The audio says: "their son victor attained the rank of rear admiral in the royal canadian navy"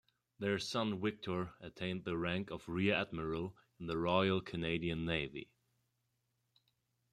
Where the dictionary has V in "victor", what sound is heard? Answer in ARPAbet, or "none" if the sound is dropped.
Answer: W